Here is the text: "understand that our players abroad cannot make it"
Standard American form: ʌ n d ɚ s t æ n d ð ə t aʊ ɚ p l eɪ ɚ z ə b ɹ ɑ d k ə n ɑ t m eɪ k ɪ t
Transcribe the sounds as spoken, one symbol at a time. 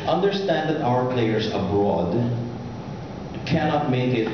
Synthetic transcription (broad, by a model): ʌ n d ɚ s t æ n d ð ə t aʊ ɚ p l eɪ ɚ s ə b ɹ ɑ d k ə n ɑ t m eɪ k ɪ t